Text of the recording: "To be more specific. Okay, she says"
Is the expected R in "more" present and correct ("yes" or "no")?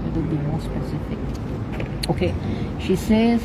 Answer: no